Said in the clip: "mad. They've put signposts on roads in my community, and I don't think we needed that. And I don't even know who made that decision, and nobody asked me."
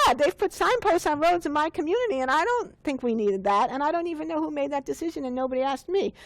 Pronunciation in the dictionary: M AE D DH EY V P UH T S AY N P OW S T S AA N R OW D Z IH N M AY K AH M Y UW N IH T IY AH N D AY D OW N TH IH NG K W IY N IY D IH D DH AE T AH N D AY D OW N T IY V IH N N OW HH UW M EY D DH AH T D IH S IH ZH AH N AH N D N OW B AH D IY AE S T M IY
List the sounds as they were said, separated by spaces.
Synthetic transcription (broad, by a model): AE DH EY V P UH T S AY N P OW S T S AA N R OW D Z IH N M AY K AH M Y UW N IH T IY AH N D AY D OW N TH IH NG K W IY N IY D IH D DH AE T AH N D AY D OW N T IY V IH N N OW HH UW M EY D DH AH T D IH S IH ZH AH N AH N N OW B AH D IY AE S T M IY